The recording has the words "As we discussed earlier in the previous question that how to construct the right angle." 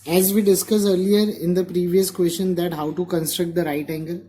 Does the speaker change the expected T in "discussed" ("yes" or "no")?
yes